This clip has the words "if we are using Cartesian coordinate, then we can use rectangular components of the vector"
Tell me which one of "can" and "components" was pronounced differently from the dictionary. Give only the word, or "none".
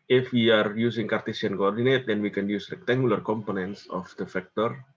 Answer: none